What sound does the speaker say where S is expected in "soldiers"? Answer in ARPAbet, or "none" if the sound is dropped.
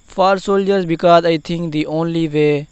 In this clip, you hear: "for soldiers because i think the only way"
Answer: S